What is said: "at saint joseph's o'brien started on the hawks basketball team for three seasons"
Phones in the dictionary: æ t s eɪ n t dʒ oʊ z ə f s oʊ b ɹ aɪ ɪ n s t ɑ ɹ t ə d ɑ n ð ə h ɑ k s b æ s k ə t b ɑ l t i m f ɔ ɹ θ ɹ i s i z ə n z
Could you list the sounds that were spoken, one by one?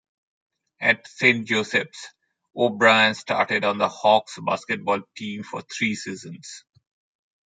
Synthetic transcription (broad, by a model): æ t s eɪ n t dʒ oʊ s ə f s oʊ b ɹ aɪ ɪ n s t ɑ ɹ t ə d ɑ n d ə h ɑ k s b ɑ s k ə t b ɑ l t i m f ɔ ɹ t ɹ i s i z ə n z